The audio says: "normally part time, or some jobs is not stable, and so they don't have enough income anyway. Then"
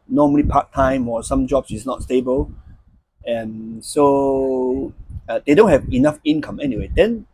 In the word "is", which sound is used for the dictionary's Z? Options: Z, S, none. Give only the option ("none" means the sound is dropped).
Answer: S